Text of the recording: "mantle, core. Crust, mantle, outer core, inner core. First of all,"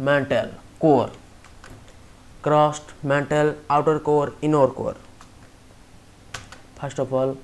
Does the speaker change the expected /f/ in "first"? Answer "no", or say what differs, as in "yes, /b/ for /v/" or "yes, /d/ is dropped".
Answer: yes, /p/ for /f/